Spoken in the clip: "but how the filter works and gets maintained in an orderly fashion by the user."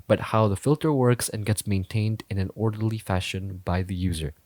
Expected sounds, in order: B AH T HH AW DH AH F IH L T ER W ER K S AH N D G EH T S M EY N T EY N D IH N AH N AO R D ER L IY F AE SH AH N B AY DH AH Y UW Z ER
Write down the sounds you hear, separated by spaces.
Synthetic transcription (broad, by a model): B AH T HH AW DH AH F IH L T ER W ER K S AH N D G EH T S M EY N T EY N D IH N AH N AO R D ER L IY F AE SH AH N B AY DH AH Y UW Z ER